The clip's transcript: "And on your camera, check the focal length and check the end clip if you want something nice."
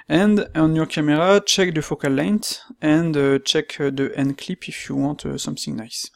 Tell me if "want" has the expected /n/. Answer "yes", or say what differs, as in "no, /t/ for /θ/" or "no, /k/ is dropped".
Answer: no, /n/ is dropped